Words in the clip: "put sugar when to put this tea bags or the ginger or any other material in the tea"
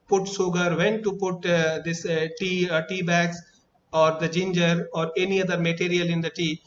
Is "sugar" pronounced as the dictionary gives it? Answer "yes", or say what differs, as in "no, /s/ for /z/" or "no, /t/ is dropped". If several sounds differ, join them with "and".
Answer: no, /s/ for /ʃ/